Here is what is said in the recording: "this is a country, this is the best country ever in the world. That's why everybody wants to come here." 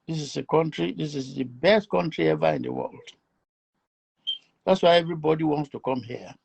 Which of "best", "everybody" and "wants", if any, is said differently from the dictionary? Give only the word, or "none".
none